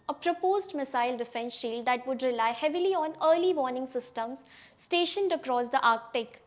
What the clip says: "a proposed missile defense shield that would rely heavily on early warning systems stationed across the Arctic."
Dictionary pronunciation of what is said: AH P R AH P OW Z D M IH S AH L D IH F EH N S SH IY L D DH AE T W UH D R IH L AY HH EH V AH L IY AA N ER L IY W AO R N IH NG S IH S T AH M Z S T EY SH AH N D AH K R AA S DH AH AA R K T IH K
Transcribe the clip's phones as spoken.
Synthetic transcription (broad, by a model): AH P R AH P OW Z D M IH S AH L D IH F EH N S SH IY L D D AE T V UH D R IH L AY HH EH V AH L IY AA N ER L IY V AO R N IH NG S IH S T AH M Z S T EY SH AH N D AH K R AA S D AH AA R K T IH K